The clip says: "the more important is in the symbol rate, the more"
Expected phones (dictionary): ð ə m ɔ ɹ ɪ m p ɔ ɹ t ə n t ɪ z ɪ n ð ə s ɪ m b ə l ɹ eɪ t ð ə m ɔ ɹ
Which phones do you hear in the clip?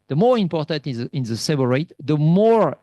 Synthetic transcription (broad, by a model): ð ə m ɔ ɹ ɪ m p ɔ ɹ t ə n t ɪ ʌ ɪ n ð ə s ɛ b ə ɹ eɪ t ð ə m ɔ ɹ